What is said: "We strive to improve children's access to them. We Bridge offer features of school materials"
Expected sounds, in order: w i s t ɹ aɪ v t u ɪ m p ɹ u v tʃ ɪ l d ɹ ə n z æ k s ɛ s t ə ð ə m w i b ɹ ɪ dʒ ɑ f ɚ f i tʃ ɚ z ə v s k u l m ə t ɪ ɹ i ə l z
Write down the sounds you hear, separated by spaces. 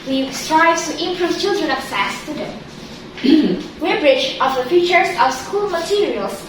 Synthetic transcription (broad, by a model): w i s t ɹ aɪ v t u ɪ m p ɹ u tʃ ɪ l d ɹ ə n ɔ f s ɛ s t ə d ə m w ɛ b ɹ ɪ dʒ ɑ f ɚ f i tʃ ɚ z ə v s k u l m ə t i ɹ i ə l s